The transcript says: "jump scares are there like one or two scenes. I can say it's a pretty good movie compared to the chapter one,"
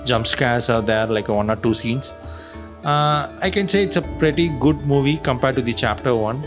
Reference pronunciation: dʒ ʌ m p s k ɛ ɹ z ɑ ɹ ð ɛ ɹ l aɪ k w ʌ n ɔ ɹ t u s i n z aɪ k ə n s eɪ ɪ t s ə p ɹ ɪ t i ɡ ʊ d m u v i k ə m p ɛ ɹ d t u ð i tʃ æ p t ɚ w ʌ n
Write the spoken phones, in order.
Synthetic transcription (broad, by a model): dʒ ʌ m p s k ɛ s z ɑ ɹ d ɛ ɹ l aɪ k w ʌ n ɔ ɹ t u s i n s aɪ k ə n s eɪ ɪ t s ə p ɹ ɪ t i ɡ ʊ d m u v i k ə m p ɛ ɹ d t u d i tʃ æ p t ɚ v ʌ n